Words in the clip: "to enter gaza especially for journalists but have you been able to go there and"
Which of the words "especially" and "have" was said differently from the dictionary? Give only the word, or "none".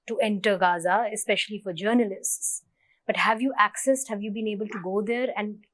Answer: none